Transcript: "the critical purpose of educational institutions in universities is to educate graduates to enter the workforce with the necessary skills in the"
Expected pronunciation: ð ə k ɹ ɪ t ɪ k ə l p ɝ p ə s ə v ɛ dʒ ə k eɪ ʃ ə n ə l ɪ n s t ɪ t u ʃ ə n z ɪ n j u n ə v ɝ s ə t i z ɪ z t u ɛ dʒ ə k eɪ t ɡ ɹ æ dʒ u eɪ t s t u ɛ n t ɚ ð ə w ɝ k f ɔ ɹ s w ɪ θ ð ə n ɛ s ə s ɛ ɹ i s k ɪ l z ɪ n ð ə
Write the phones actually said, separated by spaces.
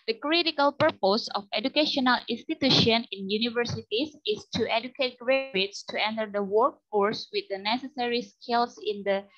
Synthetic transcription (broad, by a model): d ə k ɹ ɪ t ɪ k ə l p ɝ p ə s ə f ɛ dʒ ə k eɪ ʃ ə n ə l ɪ n s t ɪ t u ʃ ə n ɪ n j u n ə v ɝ s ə t i s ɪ s t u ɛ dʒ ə k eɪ t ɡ ɹ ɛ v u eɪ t s t u ɛ n t ɚ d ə w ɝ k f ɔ ɹ s w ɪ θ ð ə n ɛ s ə s ɛ ɹ i s k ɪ l s ɪ n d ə